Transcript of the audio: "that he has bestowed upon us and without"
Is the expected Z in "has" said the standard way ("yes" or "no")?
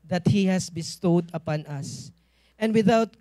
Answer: no